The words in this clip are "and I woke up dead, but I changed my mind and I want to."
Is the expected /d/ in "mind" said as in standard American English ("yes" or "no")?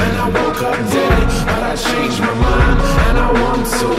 no